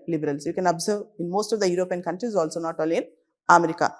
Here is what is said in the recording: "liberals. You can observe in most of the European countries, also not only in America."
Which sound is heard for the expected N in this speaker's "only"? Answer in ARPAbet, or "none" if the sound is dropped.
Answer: none